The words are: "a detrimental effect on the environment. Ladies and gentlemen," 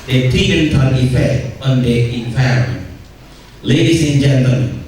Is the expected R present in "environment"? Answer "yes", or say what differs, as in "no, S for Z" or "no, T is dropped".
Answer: no, R is dropped